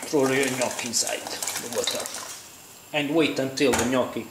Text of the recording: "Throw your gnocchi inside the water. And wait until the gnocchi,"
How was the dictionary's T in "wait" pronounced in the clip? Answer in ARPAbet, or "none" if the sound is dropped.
T